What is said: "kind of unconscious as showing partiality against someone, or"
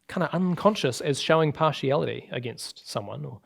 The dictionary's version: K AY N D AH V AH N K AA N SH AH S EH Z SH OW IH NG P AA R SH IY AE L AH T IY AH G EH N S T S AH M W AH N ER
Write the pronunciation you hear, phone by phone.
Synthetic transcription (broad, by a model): K AY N D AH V AH N K AA N SH AH S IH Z SH OW IH NG P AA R SH IY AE L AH T IY AH G EH N S T S AH M W AH N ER